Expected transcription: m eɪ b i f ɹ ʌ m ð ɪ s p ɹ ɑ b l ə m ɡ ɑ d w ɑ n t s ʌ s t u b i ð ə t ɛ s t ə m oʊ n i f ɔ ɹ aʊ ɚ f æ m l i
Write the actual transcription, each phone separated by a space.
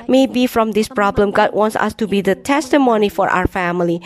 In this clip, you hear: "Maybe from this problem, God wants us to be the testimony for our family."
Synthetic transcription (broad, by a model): m eɪ b i f ɹ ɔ m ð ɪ s p ɹ ɑ b l ə m ɡ ɑ d w ɑ n t s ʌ s t u b i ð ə t ɛ s t ə m oʊ n i f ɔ ɹ aʊ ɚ f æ m l i